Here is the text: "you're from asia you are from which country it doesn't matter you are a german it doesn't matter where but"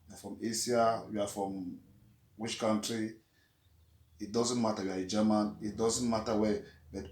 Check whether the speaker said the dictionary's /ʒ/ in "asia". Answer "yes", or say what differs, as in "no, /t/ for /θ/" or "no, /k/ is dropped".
no, /s/ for /ʒ/